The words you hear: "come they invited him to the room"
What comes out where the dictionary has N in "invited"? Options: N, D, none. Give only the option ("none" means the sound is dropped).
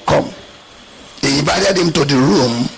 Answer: none